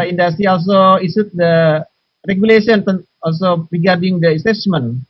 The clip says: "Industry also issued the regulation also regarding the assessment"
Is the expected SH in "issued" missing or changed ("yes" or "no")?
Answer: yes